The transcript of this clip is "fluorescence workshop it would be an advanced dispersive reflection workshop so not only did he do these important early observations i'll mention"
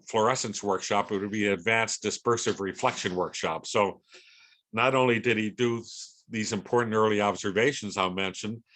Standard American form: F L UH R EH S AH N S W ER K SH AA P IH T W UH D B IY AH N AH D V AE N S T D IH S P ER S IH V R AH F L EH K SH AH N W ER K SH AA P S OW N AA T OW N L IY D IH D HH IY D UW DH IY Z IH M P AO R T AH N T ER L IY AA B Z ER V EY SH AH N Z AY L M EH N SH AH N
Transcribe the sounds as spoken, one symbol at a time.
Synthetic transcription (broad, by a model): F L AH R EH S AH N S W ER K SH AA P IH T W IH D B IY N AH D V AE N S D IH S P ER S IH V R AH F L EH K SH AH N W ER K SH AA P S OW N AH T OW N L IY D IH D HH IY D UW DH IY Z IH M P AO R T N T ER L IY AA B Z ER V EY SH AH N Z AY M EH N SH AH N